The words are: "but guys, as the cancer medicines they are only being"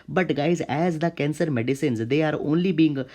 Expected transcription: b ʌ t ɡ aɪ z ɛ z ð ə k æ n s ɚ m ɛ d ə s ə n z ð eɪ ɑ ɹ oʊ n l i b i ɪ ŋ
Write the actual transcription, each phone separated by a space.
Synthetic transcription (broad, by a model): b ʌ t ɡ aɪ z ɛ z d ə k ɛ n s ɚ m ɛ d ə s ə n z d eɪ ɑ ɹ oʊ n l i b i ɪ ŋ